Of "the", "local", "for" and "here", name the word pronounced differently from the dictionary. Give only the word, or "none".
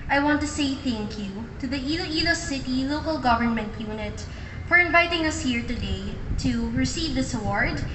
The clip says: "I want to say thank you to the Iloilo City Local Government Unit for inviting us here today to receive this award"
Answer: for